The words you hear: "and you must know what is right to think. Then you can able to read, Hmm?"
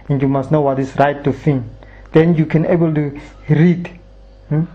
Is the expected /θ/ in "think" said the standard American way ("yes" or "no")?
no